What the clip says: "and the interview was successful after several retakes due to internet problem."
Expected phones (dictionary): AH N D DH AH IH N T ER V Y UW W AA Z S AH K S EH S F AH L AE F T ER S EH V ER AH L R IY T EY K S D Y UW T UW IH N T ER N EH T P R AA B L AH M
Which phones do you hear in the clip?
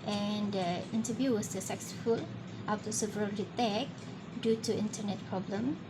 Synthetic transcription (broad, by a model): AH N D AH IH N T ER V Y UW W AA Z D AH S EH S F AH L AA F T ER S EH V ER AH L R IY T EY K D Y UW T UW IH N T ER N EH T P R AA B L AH M